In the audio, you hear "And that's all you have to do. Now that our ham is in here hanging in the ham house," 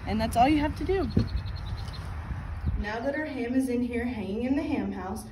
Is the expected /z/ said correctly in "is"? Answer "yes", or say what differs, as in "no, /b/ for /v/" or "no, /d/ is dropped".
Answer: yes